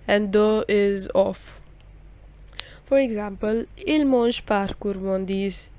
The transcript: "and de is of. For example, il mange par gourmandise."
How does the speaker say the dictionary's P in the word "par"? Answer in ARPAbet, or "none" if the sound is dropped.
P